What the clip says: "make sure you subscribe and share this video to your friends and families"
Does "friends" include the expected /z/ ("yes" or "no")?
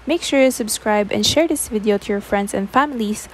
no